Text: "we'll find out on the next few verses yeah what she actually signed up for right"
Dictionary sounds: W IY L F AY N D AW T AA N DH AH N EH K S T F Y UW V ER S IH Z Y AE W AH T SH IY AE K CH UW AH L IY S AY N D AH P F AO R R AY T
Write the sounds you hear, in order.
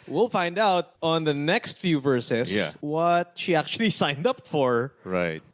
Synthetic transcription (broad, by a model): W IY L F AY N D AW T AA N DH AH N EH K S T F Y UW V ER S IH S Y AE W AH T SH IY AE K CH UW AH L IY S AY N D AH P F AO R R AY T